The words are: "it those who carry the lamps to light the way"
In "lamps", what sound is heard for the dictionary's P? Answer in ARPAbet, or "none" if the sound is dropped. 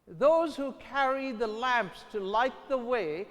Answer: P